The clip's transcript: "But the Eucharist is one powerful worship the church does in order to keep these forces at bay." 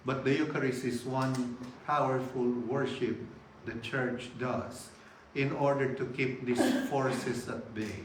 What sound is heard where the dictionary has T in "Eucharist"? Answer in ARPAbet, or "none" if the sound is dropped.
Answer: none